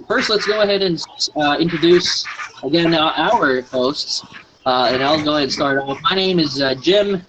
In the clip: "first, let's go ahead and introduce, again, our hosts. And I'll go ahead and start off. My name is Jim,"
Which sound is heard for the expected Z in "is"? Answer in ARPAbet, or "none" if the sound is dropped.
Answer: Z